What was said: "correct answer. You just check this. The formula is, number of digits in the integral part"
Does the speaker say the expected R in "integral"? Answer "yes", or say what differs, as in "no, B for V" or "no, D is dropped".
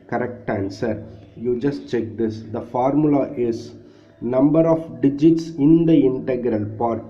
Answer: yes